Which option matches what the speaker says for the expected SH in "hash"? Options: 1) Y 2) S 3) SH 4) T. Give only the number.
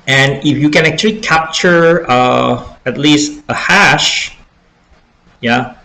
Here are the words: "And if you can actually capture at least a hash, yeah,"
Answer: 3